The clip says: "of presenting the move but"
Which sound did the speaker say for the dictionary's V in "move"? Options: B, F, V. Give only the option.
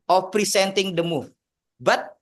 F